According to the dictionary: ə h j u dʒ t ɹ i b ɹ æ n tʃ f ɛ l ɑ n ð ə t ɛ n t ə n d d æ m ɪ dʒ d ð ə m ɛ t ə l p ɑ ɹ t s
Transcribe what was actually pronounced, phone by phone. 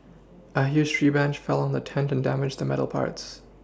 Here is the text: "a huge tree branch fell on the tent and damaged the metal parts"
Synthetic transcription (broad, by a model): ə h j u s t ɹ i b æ n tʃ f ɛ l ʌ n ð ə t ɛ n t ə n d d æ m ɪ dʒ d ð ə m ɛ t l p ɑ ɹ t s